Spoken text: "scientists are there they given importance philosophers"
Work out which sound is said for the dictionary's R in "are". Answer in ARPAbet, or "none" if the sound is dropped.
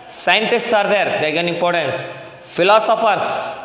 R